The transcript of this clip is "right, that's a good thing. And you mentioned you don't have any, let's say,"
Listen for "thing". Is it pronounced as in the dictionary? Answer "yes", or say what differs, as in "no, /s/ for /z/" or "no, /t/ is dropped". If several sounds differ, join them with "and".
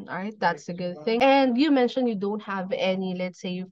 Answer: yes